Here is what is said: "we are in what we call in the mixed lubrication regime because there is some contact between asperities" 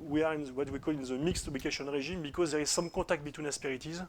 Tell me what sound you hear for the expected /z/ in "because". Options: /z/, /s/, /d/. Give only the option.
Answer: /z/